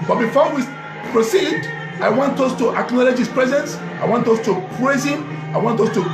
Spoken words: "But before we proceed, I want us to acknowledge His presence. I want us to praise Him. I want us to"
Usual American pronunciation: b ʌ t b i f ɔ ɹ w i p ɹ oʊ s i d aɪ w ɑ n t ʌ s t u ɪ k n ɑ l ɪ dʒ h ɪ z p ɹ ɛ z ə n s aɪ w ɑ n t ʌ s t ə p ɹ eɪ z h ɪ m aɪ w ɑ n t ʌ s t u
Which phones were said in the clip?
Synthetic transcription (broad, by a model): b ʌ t b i f ɔ w i p ɹ oʊ s i d aɪ w ɑ n t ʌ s t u ɪ k n ɑ l ɪ dʒ h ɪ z p ɹ ɛ z ə n s aɪ w ɑ n t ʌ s t ə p ɹ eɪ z h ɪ m aɪ w ɑ n t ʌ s t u